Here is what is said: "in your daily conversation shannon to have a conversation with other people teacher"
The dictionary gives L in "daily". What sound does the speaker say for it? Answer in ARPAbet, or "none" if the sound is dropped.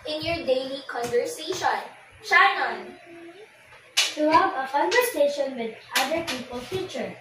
L